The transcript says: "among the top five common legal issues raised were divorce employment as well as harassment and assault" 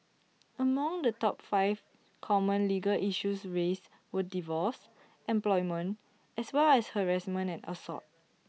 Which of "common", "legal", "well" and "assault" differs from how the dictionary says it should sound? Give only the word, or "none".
assault